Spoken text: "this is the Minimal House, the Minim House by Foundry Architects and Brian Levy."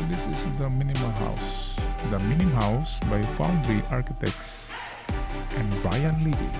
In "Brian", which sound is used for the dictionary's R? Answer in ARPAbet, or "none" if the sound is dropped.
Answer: none